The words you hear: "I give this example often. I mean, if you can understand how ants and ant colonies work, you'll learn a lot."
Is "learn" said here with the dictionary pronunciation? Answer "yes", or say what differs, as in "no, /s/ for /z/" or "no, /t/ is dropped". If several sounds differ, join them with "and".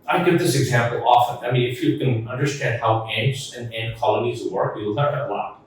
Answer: no, /n/ is dropped